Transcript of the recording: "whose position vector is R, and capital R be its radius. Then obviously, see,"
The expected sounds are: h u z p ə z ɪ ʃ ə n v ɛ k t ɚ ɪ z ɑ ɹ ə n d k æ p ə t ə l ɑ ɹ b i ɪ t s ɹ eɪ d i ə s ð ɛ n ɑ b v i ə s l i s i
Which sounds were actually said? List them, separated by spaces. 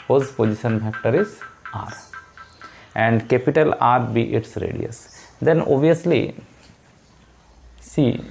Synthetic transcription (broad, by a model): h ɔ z p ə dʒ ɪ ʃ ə n f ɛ k t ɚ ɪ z ɑ ɹ ə n d k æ p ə t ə l ɑ ɹ b i ɪ t s ɹ eɪ d i ə s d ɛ n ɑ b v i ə s l i s i